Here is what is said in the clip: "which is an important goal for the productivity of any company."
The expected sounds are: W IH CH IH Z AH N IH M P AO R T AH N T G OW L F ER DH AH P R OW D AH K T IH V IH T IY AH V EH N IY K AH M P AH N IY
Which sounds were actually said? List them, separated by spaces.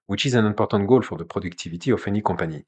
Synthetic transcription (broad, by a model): W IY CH IH Z AH N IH P AO R T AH T G OW L F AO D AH P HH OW D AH K T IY V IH T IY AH F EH N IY K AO P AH N IY